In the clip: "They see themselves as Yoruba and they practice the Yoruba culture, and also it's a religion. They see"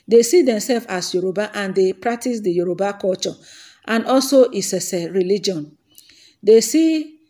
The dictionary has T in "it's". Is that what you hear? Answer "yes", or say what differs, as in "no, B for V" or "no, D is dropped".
no, S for T